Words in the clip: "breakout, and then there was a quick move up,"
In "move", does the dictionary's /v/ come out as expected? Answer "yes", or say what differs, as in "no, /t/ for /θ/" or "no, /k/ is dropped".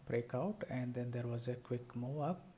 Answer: no, /v/ is dropped